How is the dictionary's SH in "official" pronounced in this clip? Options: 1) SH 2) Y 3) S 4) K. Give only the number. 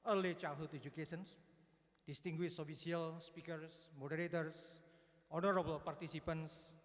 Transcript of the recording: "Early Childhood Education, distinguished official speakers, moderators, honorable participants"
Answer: 3